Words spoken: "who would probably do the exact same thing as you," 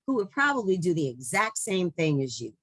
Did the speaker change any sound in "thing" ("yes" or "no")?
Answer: no